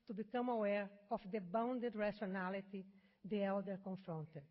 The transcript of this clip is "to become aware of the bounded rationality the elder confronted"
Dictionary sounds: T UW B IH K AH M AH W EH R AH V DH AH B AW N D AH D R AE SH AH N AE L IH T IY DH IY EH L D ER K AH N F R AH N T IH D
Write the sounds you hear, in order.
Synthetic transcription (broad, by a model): T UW B IH K AH M AH W EH R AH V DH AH B AW N D AH D R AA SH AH N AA L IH T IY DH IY EH L D ER K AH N F R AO N T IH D